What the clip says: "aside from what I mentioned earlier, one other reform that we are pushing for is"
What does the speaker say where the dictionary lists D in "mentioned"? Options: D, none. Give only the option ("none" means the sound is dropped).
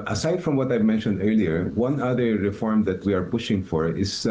D